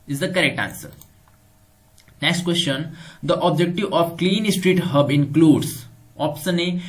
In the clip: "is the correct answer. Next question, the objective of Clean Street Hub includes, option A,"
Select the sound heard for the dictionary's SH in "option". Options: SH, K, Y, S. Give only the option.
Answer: S